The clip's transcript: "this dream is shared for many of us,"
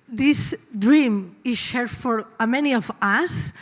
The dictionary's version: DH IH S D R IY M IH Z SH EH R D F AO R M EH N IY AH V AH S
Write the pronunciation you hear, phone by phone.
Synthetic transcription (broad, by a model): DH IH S D R IY M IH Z SH EH R D F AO R M EH N IY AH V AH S